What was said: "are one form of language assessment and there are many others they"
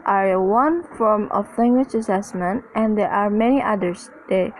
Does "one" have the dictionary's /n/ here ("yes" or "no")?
yes